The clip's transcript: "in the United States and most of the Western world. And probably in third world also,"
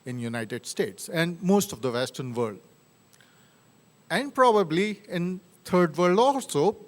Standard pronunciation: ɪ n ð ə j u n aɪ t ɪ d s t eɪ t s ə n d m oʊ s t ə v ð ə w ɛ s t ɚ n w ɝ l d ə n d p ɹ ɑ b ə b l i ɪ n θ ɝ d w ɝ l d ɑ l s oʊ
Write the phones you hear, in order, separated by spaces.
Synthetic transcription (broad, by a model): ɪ n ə j u n aɪ t ɪ d s t eɪ t s ə n d m oʊ s t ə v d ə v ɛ s t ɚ n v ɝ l d ə n d p ɹ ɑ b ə b l i ɪ n t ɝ d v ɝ l d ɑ l s oʊ